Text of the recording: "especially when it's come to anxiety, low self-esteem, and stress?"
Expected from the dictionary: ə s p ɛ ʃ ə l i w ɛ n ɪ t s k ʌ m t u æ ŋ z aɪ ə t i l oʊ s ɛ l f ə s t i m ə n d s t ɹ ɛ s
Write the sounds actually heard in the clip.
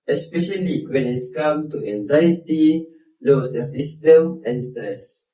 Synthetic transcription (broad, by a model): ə s p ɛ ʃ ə l i w ɛ n ɪ t s k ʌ m t u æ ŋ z aɪ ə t i l oʊ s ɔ f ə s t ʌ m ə n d s t ɹ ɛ s